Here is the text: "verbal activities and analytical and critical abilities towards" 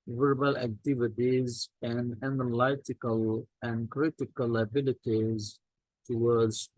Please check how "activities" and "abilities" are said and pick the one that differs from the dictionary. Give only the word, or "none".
none